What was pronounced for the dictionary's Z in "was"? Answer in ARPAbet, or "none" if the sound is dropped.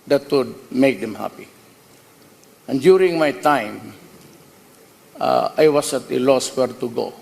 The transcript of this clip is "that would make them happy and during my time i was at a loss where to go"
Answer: S